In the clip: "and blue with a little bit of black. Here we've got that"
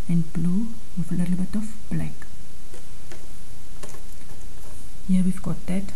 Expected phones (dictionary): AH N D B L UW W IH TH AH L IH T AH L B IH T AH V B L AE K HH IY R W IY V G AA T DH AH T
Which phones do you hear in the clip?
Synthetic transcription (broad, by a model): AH N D B L UW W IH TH AH L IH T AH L B IH T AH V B L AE K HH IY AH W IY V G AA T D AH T